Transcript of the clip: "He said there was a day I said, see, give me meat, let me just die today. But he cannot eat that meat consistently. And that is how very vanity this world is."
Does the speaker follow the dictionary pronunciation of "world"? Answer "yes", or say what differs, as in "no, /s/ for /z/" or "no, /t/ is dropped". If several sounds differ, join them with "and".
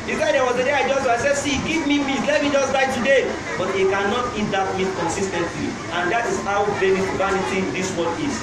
no, /l/ is dropped